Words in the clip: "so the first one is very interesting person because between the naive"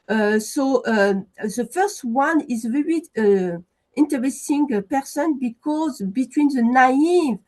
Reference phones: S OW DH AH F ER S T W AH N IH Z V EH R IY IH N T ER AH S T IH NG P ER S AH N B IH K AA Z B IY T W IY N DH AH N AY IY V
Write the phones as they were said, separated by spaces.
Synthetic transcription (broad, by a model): S OW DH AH F ER S T W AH N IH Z V EH R IY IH N T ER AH S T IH NG P ER S AH N B IH K AA Z B IY T W IY N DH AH N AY IY V